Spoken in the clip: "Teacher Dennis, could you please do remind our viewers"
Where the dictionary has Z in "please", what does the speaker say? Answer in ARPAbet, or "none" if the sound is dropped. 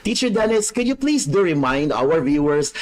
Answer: S